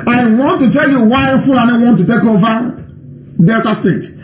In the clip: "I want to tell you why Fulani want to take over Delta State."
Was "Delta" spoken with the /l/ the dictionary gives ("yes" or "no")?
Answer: no